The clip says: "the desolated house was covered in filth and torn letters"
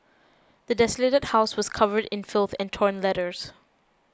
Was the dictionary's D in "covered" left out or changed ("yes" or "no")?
no